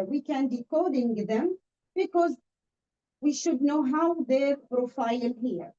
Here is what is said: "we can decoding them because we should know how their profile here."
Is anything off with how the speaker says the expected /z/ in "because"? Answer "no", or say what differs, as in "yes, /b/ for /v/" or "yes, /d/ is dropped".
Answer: no